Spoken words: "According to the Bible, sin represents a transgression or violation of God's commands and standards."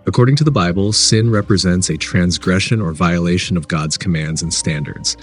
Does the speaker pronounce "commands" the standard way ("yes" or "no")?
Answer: yes